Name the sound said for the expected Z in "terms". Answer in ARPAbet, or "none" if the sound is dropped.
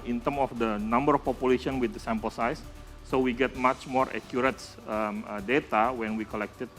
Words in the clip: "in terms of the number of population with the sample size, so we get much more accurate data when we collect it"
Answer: none